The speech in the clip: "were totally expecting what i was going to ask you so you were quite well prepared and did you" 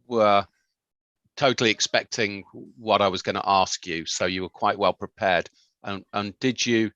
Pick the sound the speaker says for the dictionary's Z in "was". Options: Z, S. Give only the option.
Z